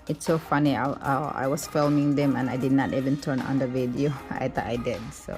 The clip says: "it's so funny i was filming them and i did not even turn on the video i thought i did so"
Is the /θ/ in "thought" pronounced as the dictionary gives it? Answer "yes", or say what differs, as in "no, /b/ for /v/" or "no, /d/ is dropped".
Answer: no, /t/ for /θ/